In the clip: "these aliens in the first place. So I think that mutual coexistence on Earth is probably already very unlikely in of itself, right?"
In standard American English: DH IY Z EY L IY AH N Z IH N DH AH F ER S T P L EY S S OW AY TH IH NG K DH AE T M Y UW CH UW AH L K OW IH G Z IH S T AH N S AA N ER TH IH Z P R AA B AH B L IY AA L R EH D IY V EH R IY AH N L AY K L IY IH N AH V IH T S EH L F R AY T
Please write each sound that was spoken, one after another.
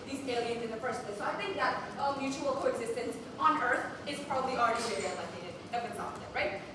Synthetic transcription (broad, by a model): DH IY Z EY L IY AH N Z IH N DH AH F ER S T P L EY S S OW AY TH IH NG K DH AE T M Y UW CH UW AH L K OW IH G Z IH S T AH N S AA N ER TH IH Z P R AA B AH B L IY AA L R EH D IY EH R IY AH L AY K IY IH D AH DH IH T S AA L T R AY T